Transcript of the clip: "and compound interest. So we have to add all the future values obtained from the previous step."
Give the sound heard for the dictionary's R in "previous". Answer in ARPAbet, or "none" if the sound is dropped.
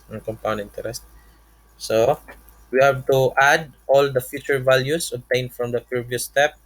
none